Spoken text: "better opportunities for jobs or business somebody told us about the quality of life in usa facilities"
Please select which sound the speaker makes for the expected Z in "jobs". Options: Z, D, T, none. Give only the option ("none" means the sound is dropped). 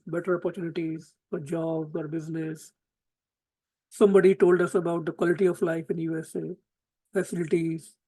none